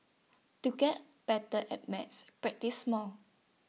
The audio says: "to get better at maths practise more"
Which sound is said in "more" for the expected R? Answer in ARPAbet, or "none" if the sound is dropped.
L